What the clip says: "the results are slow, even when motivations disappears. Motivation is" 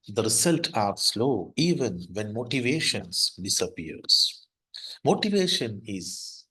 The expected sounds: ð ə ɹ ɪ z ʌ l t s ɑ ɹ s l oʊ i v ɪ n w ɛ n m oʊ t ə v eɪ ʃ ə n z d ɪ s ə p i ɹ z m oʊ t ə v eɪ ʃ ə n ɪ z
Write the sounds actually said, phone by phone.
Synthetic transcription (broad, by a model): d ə ɹ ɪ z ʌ l t ɑ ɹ s l oʊ i v ɪ n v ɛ n m oʊ t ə v eɪ ʃ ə n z d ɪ s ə p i ɹ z m oʊ t ə v eɪ ʃ ə n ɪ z